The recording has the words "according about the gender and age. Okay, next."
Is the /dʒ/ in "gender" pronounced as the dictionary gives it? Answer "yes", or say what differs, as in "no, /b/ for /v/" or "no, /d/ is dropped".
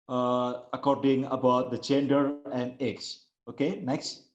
no, /tʃ/ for /dʒ/